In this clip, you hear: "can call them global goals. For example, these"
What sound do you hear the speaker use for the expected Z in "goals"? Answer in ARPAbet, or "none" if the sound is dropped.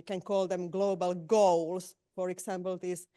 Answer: S